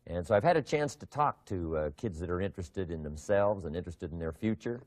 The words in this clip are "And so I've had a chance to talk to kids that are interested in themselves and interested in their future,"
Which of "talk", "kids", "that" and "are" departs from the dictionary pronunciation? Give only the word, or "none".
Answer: none